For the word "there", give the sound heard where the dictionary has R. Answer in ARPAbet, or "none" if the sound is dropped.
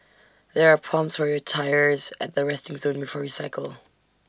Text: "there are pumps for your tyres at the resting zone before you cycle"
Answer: R